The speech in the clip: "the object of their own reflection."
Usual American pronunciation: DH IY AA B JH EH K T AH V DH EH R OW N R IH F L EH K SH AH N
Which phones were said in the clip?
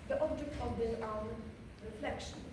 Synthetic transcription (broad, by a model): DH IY AA B JH EH K T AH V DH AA L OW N R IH F L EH K SH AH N